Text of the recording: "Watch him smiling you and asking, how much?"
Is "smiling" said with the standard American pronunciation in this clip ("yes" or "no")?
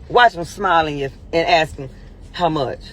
yes